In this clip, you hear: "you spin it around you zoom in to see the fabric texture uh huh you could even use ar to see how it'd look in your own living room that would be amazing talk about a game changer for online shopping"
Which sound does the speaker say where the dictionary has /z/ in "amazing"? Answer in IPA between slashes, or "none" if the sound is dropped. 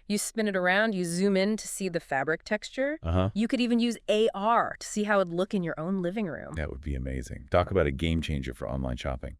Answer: /z/